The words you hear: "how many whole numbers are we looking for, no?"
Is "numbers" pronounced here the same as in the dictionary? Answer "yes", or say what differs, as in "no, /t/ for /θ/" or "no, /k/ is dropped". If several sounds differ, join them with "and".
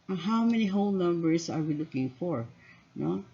no, /s/ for /z/